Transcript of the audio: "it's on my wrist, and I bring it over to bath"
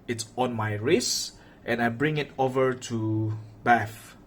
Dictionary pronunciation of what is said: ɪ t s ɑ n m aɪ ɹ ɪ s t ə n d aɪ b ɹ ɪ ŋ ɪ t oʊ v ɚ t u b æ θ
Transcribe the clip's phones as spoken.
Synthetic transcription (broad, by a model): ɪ t s ɑ n m aɪ ɹ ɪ s t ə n aɪ b ɹ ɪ ŋ ɪ t oʊ v ɚ t u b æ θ